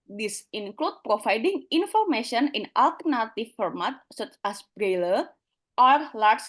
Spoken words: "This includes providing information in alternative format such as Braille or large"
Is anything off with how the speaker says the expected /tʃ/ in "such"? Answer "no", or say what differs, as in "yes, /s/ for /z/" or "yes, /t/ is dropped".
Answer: no